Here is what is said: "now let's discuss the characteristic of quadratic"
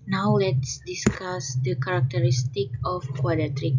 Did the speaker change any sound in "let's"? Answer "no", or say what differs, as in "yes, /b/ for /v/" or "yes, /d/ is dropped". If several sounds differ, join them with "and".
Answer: no